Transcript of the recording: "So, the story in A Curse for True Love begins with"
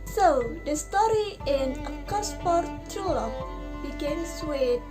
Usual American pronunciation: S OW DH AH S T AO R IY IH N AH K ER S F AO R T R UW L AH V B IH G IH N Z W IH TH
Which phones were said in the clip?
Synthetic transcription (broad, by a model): S OW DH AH S T AO R IY IH N AH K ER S P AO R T UW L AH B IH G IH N S W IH